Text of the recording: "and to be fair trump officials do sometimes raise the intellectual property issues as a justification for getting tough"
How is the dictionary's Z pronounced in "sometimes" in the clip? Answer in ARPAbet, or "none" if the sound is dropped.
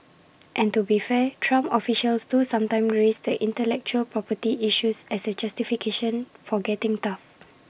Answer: none